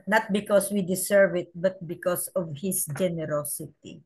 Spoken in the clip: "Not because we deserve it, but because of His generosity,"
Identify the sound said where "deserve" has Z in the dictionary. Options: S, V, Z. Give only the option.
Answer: S